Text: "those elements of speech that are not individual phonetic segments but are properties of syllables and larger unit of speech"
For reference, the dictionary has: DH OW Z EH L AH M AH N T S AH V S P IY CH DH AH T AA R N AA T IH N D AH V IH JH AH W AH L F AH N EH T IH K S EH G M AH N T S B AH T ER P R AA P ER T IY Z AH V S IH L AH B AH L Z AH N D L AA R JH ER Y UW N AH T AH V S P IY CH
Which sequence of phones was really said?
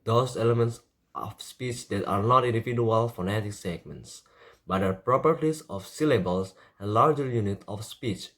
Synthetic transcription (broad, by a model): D OW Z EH L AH M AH N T S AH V S P IY CH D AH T AA R N AA T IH N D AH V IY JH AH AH L F AH N EH T IH K S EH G M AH N T S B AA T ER P R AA P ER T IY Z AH F S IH L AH B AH L S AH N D L AA R JH ER Y UW N AH T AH F S P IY CH